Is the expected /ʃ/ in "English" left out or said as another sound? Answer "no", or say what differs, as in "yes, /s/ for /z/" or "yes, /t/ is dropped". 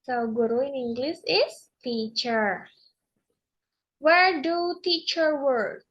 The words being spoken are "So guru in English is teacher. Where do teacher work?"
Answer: yes, /s/ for /ʃ/